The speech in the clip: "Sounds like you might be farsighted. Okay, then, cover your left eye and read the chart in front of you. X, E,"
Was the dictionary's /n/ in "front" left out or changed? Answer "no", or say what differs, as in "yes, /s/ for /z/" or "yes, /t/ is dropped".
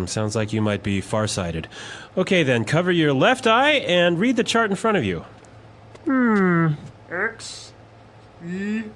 yes, /n/ is dropped